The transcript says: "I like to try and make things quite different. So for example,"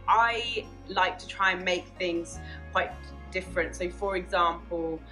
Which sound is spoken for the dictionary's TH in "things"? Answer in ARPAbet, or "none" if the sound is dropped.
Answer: TH